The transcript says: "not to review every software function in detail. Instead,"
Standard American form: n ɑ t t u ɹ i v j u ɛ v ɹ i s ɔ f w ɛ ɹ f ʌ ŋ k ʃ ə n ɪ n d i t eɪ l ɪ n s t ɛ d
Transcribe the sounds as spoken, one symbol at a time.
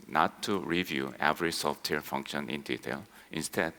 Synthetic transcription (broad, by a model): n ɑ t t u ɹ i v j u ɛ v ɹ i s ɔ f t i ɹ f ʌ ŋ k ʃ ə n ɪ n d i t eɪ l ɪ n s t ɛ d